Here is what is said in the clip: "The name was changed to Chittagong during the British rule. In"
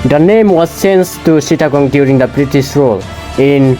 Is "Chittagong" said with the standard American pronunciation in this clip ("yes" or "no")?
no